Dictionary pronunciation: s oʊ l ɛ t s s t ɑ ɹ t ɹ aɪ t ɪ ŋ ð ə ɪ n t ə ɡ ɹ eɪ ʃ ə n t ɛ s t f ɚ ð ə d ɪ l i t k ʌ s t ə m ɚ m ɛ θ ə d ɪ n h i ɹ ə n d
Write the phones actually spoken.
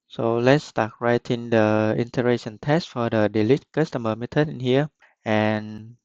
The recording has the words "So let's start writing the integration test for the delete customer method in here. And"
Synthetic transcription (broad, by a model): s oʊ l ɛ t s s t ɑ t ɹ aɪ t ɪ ŋ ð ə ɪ n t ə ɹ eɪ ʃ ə n t ɛ s t f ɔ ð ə d ɪ l i t k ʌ s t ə m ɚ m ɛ t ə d ɪ n h i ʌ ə n